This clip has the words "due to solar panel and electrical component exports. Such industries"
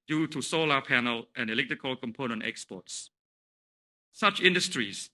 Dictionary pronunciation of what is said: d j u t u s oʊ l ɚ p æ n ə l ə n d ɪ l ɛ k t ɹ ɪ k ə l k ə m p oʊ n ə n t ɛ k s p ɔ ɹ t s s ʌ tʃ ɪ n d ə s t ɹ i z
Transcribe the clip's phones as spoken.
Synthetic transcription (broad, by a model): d j u t u s oʊ l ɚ p æ n ə l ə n ɪ l ɛ k t ɹ ɪ k ə l k ə m p oʊ n ə n t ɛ k s p ɔ t s s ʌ tʃ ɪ n d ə s t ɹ i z